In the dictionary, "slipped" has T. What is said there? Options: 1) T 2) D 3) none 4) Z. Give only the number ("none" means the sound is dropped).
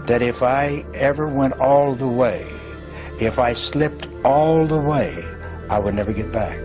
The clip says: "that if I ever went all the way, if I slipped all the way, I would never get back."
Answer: 1